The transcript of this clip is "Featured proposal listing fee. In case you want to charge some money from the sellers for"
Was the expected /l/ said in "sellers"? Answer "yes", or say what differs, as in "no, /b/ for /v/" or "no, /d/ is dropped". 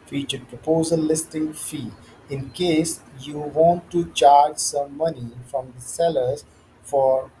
yes